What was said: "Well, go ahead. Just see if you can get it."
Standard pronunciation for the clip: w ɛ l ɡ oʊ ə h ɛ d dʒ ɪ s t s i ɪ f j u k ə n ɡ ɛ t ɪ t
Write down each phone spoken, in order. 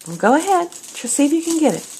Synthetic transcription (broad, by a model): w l ɡ oʊ ə h ɛ d tʃ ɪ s s i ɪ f j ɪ k ə n ɡ ɛ t ɪ t